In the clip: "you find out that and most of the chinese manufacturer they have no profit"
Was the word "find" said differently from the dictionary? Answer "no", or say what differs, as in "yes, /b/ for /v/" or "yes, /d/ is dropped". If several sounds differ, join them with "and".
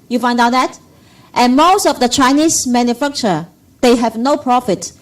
no